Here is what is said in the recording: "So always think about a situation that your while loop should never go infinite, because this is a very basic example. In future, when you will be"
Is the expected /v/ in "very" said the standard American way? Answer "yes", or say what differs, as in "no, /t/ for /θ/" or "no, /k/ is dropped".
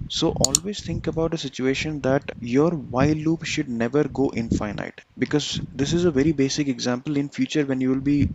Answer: yes